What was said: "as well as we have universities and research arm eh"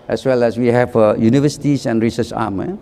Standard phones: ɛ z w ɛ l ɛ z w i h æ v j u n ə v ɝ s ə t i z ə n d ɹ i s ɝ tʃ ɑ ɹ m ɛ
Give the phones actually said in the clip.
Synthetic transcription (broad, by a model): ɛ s w ɛ l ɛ s w i h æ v j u n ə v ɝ s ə t i s ə n d ɹ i s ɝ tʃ ɑ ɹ m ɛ